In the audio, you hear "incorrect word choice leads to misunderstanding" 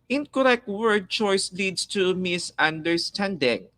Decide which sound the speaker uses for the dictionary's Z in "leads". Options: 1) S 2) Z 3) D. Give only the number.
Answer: 1